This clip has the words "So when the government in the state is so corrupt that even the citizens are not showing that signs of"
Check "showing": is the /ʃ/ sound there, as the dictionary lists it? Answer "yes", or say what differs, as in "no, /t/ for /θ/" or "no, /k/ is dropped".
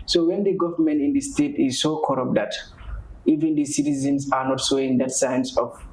no, /s/ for /ʃ/